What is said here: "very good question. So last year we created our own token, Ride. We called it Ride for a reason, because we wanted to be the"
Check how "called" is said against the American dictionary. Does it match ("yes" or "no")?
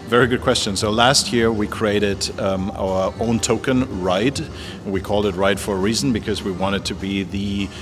yes